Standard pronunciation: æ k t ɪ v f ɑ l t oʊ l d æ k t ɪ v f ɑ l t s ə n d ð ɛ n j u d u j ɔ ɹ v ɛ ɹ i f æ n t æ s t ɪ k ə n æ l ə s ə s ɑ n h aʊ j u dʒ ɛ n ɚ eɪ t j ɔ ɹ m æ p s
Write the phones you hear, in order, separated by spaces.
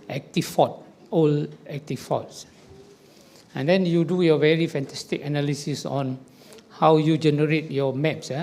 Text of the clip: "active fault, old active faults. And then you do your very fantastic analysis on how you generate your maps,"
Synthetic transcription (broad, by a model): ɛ k t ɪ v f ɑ t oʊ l ɛ k t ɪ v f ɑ t s ə n d ɛ n j u d u j ɔ v ɛ ɹ i f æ n t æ s t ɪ k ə n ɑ l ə s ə s ɑ n h aʊ j u dʒ ɛ n ɚ eɪ t j ɔ m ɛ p s